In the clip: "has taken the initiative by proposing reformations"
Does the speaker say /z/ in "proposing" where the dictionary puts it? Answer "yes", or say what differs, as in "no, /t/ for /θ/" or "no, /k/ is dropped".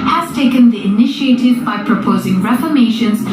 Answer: yes